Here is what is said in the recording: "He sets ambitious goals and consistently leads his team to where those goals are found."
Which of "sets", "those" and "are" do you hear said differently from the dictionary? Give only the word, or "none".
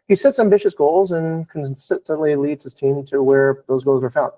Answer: none